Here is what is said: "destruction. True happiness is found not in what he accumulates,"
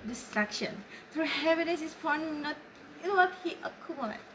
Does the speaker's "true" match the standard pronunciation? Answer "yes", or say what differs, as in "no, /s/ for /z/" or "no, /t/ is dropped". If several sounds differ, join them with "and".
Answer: yes